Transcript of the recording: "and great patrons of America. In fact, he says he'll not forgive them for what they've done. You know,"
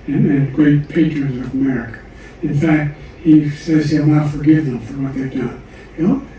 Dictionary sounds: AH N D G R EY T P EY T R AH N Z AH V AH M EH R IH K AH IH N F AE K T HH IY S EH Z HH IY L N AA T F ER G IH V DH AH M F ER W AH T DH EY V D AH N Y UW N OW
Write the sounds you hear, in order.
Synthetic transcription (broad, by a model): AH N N G R EY T P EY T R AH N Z AH V AH M EH R IH K AH IH N F AE K T HH IY S EH Z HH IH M AA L F ER G IH V DH AH M F ER W AH T DH EY V D AH N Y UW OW